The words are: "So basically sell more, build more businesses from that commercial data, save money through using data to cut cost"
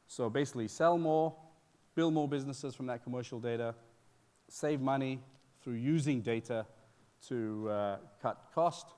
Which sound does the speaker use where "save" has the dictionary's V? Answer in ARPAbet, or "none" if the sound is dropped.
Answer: V